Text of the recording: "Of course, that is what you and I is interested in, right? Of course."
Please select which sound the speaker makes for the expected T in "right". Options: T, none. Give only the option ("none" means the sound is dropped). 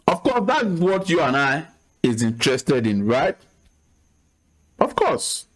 T